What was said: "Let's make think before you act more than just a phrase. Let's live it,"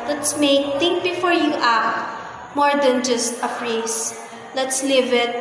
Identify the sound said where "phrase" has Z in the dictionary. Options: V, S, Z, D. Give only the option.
S